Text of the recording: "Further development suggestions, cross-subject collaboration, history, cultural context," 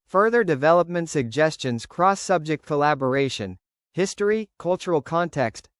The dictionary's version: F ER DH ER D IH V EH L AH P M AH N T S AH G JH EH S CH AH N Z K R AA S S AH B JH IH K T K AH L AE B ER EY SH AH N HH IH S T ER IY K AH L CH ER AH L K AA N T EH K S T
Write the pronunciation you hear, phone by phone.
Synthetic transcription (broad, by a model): F ER DH ER D IH V EH L AH P M AH N T S AH G JH EH S CH AH N Z K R AA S S AH B JH IH K T K AH L AE B ER EY SH AH N HH IH S T ER IY K AH L CH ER L K AA N T EH K S T